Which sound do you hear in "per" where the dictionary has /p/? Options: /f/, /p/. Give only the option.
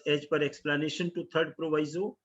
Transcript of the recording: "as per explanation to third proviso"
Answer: /p/